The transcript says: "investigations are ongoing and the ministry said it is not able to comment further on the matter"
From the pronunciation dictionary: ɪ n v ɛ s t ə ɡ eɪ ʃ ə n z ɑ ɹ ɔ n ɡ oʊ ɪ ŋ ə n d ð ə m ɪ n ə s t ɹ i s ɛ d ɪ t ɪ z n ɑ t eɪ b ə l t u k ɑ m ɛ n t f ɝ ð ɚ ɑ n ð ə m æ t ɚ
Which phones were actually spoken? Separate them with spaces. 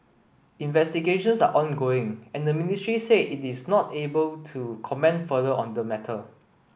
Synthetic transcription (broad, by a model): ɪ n v ɛ s t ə ɡ eɪ ʃ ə n s ɑ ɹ ɔ n ɡ oʊ ɪ ŋ ə n d ə m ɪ n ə s t ɹ i s ɛ ɪ t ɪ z n ɑ t eɪ b ə l t u k ɑ m ɛ n t f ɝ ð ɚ ɑ n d ə m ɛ t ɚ